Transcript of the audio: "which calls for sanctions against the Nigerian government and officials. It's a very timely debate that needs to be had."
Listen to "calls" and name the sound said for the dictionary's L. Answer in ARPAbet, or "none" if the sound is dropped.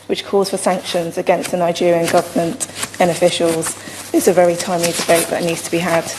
none